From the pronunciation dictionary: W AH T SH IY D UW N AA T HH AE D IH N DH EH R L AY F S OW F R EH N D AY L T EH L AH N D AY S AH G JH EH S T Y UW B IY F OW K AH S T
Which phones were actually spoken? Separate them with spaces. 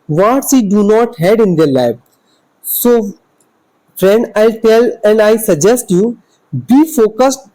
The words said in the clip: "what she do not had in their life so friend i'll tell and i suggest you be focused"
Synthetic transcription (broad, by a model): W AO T S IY D UW N AA T HH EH D IH N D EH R L AY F S OW F R EH N D AY L T EH L AH N D AY S AH G JH EH S T Y UW B IY F OW K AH S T